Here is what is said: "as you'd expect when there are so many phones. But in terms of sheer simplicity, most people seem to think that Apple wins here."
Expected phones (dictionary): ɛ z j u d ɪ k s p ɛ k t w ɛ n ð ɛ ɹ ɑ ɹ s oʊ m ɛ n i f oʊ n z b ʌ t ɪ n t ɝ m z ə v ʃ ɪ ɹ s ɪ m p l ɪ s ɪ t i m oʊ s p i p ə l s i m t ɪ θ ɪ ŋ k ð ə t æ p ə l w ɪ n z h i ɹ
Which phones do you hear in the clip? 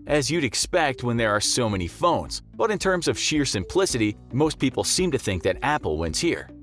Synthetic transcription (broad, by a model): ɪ z j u d ɪ k s p ɛ k t w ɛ n ð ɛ ɹ ɑ ɹ s oʊ m ɛ n i f oʊ n z b ʌ t ɪ n t ɝ m z ə v ʃ ɪ ɹ s ɪ m p l ɪ s ɪ t i m oʊ s p i p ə l s i m t ɪ θ ɪ ŋ k ð ə t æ p l w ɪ n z h i ɹ